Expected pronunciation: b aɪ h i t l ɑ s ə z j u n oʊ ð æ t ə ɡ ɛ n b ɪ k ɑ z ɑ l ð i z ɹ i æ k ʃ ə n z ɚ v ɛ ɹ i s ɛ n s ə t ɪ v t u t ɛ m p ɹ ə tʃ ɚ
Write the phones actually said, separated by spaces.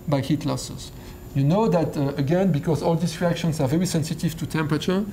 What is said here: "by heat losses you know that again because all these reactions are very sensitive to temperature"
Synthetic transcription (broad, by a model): b aɪ h i t l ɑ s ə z j u n oʊ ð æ t ə ɡ ɛ n b ɪ k ɑ z ɑ l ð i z ɹ i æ k ʃ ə n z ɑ v ɛ ɹ i s ɛ n s ə t ɪ v t u t ɛ m p ɹ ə tʃ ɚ